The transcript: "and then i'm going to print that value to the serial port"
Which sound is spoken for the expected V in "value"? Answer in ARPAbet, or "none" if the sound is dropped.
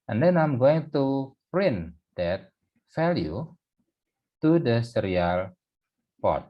F